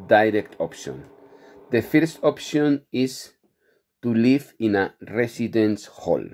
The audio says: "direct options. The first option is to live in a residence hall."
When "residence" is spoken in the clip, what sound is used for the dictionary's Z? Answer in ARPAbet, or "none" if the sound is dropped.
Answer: S